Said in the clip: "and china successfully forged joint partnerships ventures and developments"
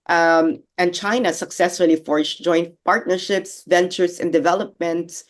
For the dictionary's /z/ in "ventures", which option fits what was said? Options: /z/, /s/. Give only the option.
/s/